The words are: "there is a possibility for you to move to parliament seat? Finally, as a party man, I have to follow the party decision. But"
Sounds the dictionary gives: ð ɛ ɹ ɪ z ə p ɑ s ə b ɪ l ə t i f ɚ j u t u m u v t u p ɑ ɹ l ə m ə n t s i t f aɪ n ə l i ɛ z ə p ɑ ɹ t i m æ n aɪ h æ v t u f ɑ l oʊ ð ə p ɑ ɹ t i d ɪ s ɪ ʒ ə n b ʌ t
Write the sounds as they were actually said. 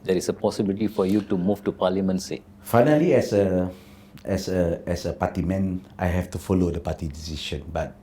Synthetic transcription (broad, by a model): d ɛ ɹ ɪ s ə p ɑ s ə b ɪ l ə t i f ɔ j u t u m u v t u p ɑ l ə m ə n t s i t f aɪ n ə l i ɛ s ə p ɑ t i m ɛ n aɪ h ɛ f t u f ɑ l oʊ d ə p ɑ t i d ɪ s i ʃ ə n b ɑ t